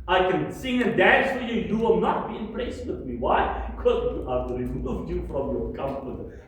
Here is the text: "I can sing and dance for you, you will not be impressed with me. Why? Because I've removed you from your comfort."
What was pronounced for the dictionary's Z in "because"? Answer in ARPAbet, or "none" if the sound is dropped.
none